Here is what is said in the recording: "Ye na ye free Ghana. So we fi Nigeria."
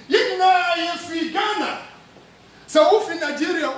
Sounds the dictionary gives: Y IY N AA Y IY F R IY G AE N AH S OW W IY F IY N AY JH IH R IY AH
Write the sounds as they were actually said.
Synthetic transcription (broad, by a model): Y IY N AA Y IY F IY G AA N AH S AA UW F IY N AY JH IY R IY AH